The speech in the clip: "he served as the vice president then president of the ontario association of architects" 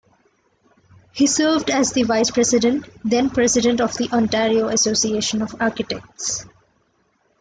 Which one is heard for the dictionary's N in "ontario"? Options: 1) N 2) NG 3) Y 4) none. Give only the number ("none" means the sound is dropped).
1